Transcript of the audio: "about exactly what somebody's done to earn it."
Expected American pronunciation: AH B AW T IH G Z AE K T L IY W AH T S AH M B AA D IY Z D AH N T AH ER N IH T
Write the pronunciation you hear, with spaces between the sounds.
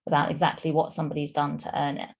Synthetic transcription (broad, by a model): AH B AW T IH G Z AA K T L IY W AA T S AH M B AA D IY Z D AH N T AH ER N IH T